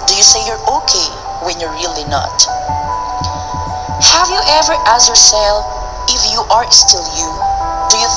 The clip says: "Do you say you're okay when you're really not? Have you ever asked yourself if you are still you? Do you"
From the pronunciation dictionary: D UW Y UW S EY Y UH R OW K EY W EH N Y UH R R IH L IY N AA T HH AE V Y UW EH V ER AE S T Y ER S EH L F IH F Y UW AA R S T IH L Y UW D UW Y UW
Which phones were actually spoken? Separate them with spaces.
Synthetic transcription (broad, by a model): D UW Y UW S EY Y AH R OW K EY W EH N Y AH R R IH L IY N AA T HH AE V Y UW EH V ER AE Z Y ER S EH L IH F Y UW AA R S T IH L Y UW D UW Y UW